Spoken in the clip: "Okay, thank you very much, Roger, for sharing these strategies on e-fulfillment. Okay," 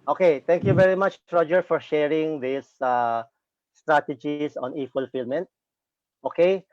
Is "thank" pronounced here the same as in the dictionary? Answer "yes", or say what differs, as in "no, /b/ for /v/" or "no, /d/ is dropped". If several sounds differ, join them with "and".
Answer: no, /t/ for /θ/